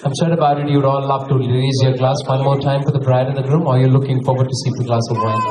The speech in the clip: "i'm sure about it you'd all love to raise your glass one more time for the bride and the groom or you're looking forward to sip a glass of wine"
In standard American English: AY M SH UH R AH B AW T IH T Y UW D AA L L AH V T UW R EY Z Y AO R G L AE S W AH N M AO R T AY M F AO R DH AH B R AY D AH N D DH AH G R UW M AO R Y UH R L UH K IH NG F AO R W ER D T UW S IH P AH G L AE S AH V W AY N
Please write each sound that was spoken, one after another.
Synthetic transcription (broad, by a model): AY M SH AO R AH B AW T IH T Y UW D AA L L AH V T UW L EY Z Y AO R G L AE S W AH N M AO R T AY M F AO R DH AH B R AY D AH N D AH G R UW M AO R Y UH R L UH K IH NG F AO R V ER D T UW S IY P AH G L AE S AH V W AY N